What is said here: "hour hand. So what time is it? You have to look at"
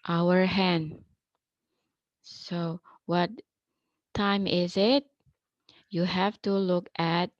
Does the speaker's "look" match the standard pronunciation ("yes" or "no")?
yes